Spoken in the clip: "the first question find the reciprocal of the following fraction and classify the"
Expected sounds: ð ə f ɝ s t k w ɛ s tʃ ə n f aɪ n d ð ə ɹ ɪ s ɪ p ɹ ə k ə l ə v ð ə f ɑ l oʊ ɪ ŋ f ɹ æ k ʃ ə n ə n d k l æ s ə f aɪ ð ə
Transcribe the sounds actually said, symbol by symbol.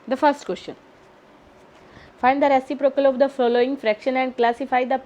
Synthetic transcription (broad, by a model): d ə f ɝ s t k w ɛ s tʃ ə n f aɪ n d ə ɹ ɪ s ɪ p ɹ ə k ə l ə v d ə f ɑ l oʊ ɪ ŋ f ɹ æ k ʃ ə n ə n d k l æ s ə f aɪ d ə